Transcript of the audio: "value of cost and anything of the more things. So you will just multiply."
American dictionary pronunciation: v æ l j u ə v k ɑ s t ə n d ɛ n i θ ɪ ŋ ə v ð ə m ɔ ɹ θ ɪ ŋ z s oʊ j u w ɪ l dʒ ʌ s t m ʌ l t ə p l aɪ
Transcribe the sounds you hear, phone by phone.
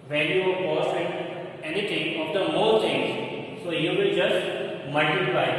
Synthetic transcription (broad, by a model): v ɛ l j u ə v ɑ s ə n d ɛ n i t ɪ ŋ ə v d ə m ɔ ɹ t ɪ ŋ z s oʊ j u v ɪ l dʒ ʌ s t m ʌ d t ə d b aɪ